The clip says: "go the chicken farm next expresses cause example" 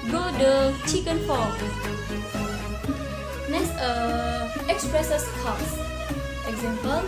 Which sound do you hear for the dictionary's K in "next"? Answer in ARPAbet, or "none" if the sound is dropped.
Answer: none